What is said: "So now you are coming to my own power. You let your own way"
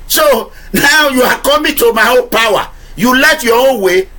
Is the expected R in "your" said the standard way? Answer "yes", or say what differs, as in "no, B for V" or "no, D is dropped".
no, W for R